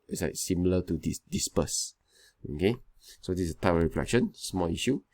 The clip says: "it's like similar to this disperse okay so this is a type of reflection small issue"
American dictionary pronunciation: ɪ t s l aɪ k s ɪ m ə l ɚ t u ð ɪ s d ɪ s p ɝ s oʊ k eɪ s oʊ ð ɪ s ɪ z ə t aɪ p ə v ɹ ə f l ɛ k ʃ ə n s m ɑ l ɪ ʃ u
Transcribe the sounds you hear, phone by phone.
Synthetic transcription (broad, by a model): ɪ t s l aɪ k s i m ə l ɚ t u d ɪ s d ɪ s p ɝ s oʊ k eɪ s oʊ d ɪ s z ə t aɪ p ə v ɹ ə f l ɛ k ʃ ə n s m ɑ l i ʃ u